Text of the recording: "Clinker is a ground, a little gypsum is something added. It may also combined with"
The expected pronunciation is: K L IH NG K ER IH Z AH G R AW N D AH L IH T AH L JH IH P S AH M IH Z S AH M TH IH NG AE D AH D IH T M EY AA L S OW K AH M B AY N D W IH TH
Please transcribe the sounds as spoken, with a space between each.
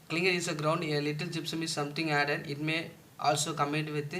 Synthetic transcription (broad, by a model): K L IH NG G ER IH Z AH G R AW N D AH L IH T AH L JH IH P S AH M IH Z S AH M T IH NG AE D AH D IH T M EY AA L S OW K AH M EH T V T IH